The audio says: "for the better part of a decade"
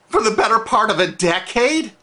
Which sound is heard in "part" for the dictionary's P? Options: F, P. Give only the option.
P